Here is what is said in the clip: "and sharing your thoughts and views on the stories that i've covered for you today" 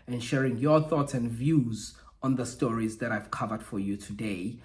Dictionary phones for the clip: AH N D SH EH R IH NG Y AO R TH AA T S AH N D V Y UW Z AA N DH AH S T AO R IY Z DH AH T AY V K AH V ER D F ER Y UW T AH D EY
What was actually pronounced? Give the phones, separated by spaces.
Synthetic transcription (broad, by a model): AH N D SH EH R IH NG Y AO TH AA T S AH N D V Y UW Z AA N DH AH S T AO R IY Z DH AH T AY V K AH V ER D F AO Y UW T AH D EY